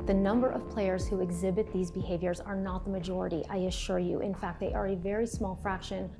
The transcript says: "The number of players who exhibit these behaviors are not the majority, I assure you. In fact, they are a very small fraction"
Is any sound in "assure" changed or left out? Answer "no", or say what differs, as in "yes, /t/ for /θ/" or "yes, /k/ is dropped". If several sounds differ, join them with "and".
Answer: no